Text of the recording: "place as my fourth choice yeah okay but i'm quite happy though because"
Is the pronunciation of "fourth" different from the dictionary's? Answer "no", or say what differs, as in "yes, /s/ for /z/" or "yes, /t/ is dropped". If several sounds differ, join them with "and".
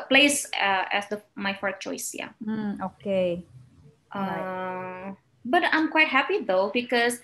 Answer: yes, /s/ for /θ/